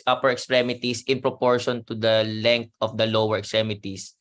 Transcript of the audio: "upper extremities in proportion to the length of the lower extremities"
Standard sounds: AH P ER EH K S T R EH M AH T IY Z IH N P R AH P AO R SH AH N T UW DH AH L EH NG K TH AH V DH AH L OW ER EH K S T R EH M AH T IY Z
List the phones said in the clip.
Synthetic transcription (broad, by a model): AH P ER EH K S T R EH M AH T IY S IH N P R AH P AO R SH AH N T UW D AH L EH NG K T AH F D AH L OW ER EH K S T R EH M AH T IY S